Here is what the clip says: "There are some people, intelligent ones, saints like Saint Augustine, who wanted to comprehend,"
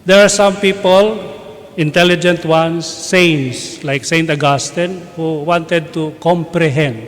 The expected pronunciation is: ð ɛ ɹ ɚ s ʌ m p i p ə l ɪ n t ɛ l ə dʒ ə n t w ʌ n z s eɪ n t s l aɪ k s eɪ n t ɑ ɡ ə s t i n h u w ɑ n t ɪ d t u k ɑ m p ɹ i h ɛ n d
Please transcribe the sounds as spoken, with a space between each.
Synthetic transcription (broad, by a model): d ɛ ɹ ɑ s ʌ m p i p ə l ɪ n t ɛ l ə dʒ ə n t w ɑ n s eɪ n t s l aɪ k s eɪ n t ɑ ɡ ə s t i n h u w ɑ n t ɪ d t u k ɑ m p ɹ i h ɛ n d